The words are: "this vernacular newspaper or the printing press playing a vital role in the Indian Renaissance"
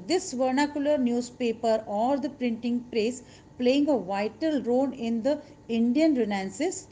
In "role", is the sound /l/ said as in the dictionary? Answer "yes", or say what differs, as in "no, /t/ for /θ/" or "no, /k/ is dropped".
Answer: no, /n/ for /l/